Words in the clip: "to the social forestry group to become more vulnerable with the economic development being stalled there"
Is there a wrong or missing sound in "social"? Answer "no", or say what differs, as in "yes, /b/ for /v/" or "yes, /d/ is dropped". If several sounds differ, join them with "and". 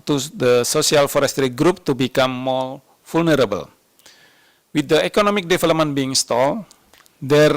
yes, /s/ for /ʃ/